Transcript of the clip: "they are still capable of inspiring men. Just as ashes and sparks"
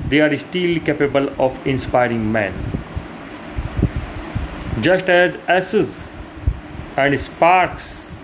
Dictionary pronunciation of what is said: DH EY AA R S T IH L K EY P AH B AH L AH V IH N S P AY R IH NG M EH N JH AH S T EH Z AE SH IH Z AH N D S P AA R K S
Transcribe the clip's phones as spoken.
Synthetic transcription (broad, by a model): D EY AA R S T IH L K EY P AH B AH L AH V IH N S P AY R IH NG M EH N JH AH S T EH Z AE S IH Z AH N D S P AA R K S